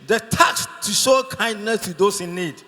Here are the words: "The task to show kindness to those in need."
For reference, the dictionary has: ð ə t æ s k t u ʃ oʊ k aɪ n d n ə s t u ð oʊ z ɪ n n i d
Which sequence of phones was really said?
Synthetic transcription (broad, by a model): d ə t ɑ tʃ t u ʃ oʊ k aɪ n d n ə s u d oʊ s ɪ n n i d